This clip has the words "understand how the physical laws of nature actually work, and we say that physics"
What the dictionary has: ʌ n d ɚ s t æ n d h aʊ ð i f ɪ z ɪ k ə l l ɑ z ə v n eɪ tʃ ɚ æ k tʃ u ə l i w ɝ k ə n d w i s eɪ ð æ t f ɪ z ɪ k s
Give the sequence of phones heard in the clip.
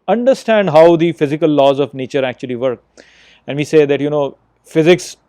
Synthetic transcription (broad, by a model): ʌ n d ɚ s t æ n d h aʊ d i f ɪ z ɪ k ə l l ɑ z ə v n eɪ tʃ ɚ æ k tʃ u ə l i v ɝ k ə n d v i s eɪ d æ t f ɪ z ɪ k s